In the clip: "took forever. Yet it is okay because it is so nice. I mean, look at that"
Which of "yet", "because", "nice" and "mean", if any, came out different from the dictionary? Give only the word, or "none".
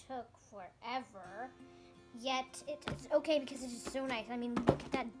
none